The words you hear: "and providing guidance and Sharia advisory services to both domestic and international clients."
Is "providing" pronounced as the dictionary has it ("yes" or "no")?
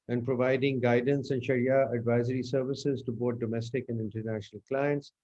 yes